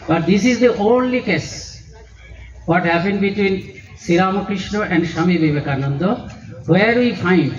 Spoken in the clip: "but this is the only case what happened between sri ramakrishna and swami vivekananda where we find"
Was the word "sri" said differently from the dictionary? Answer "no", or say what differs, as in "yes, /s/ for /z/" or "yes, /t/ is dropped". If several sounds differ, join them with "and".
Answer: yes, /ɹ/ is dropped